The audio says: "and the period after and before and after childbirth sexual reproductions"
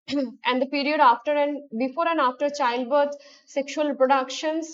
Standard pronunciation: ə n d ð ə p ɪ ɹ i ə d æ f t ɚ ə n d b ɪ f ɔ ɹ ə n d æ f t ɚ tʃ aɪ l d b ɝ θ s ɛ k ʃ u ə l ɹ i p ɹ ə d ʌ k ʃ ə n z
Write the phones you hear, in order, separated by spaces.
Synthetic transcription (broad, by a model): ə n d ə p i ɹ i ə d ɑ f t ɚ ə n d b ɪ f ɔ ɹ ə n d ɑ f t ɚ tʃ aɪ l d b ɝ t s ɛ k ʃ u ə l p ɹ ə d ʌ k ʃ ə n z